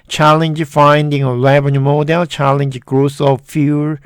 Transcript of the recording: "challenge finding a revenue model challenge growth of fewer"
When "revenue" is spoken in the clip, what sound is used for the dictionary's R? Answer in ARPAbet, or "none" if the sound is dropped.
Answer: L